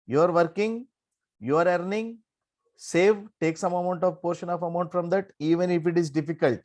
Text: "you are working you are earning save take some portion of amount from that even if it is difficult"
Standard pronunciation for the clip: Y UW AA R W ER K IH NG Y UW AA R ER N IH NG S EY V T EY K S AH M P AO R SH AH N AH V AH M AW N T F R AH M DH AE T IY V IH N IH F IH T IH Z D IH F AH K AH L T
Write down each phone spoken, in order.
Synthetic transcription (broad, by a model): Y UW AA R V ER K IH NG Y UW AA R ER N IH NG S EY V T EY K S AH M P AO R SH AH N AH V AH M AW N T F R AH M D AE T IY V IH N IH F IH T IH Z D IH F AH K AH L T